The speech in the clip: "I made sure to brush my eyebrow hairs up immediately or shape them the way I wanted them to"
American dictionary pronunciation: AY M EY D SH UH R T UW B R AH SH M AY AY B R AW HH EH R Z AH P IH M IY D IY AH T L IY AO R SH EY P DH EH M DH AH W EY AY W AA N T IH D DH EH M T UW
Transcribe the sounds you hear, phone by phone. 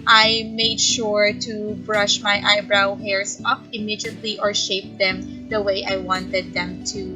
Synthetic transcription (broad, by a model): AY M EY D SH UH R T UW B R AH SH M AY AY B R AW HH EH R S AH P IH M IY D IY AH T L IY AO R SH EY P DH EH M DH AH W EY AY W AA N T IH D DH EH M T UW